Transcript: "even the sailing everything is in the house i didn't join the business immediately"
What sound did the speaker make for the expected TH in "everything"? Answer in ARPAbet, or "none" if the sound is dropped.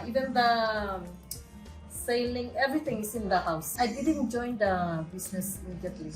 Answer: T